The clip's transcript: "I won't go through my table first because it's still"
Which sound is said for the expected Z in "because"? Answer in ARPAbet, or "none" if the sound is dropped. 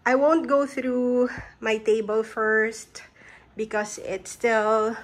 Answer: S